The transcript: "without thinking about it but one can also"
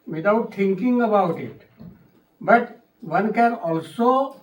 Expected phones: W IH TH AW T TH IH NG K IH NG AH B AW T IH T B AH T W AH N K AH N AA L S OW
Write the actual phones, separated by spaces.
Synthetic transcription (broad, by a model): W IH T AW T T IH NG K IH NG AH B AW T IH T B AH T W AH N K AH N AA L S OW